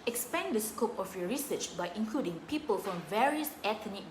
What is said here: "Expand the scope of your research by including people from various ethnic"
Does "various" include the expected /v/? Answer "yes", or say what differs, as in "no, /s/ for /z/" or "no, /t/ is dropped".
yes